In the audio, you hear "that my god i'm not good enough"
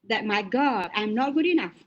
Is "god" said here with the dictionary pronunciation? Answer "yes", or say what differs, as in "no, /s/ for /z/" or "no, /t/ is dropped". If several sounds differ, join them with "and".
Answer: no, /d/ is dropped